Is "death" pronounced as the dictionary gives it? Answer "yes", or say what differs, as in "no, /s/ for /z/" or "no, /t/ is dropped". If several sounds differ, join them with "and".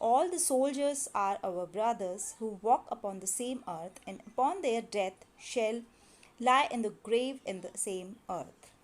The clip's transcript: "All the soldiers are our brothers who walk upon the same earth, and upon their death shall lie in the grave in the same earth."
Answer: no, /t/ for /θ/